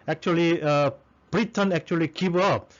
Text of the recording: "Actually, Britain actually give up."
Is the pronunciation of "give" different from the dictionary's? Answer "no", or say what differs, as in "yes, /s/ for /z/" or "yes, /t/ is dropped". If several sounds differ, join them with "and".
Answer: yes, /b/ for /v/